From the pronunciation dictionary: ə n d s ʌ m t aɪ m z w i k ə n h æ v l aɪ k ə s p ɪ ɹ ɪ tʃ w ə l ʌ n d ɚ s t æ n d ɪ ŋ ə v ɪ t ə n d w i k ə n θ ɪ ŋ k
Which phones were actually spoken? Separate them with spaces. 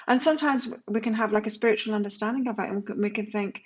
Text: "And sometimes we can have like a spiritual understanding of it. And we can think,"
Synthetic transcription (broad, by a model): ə n s ʌ m t aɪ m z w i k ə n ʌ v l aɪ k ə s p ɪ ɹ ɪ tʃ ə l ʌ n d ɚ s t æ n d ɪ ŋ ə v ɪ t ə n w i k ə n θ ɪ ŋ k